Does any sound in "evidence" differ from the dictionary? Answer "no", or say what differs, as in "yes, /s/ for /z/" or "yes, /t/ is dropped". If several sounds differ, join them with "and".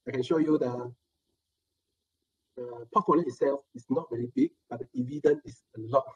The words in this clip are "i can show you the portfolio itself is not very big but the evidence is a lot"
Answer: yes, /s/ is dropped